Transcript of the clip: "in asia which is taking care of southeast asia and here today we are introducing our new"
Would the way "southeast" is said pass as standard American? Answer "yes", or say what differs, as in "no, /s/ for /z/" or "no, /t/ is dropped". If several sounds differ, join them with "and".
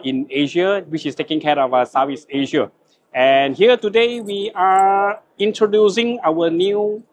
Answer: no, /t/ is dropped